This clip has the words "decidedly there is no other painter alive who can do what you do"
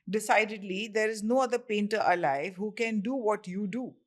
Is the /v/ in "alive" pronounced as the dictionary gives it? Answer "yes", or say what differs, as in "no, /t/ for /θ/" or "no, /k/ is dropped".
yes